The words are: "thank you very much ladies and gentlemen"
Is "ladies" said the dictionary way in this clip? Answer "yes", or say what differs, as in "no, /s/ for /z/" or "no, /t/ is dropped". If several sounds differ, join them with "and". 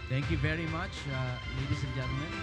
no, /s/ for /z/